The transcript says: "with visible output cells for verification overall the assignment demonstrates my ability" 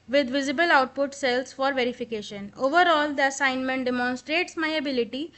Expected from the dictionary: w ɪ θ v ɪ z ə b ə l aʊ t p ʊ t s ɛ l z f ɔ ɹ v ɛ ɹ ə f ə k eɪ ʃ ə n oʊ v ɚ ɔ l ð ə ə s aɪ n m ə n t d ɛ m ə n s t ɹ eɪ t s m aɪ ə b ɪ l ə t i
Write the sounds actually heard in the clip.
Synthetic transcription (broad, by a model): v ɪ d v ɪ z ə b ə l aʊ t p ʊ t s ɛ l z f ɔ ɹ v ɛ ɹ ə f ə k eɪ ʃ ə n oʊ v ɚ ɔ l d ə ə s aɪ n m ə n t d ɛ m ə n s t ɹ eɪ t s m aɪ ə b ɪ l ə t i